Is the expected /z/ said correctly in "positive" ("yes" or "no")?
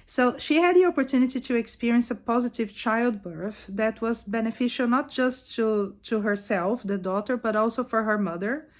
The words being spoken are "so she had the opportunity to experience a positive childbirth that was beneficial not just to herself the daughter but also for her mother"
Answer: yes